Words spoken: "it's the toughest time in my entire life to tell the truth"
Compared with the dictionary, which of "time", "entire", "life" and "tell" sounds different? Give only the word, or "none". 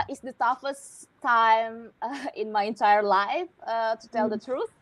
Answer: none